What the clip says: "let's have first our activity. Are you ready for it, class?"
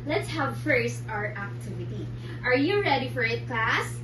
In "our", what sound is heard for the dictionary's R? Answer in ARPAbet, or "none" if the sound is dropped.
R